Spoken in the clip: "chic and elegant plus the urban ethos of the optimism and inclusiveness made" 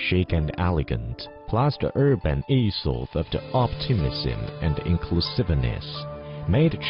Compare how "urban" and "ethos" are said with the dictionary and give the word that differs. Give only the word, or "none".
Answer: ethos